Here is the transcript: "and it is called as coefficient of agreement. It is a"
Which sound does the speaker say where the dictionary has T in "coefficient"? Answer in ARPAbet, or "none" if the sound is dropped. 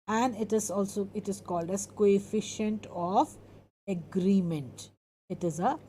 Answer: T